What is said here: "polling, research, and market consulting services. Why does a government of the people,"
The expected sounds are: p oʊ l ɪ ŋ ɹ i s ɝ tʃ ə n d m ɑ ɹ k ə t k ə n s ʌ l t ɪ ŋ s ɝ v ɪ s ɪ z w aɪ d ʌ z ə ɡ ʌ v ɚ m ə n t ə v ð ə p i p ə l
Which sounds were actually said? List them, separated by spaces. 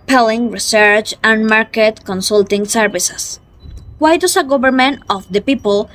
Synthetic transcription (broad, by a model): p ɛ l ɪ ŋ ɹ i s ɝ tʃ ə n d m ɑ ɹ k ə t k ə n s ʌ l t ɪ ŋ s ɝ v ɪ s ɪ s w aɪ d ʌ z ə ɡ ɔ b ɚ m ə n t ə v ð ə p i p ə l